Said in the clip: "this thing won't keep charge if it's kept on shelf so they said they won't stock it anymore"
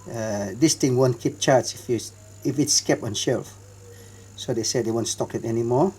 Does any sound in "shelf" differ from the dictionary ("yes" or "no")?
no